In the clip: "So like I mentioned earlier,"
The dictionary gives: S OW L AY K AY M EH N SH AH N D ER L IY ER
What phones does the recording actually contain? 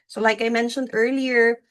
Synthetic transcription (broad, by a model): S OW L AY K AY M EH N SH AH N D ER L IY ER